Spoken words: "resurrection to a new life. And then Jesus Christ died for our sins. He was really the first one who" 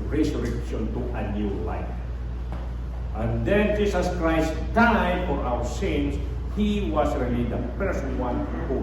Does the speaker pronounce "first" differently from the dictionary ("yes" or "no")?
yes